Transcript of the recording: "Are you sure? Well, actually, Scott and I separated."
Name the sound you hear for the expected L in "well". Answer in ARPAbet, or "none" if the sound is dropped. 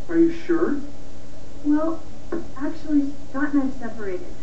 L